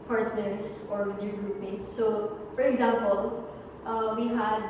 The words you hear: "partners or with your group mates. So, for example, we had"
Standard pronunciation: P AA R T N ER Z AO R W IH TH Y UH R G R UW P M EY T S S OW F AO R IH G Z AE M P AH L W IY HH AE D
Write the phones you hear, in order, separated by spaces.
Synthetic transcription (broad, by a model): P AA R T N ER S AO R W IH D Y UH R G R UW P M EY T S S OW F AO R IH G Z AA M P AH L W IY HH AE D